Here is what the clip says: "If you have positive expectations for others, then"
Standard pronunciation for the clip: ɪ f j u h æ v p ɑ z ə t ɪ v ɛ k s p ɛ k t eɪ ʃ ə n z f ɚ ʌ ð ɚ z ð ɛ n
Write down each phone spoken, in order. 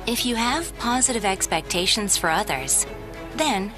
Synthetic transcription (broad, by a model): ɪ f j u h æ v p ɑ z ə t ɪ v ɛ k s p ɛ k t eɪ ʃ ə n z f ɚ ʌ ð ɚ z ð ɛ n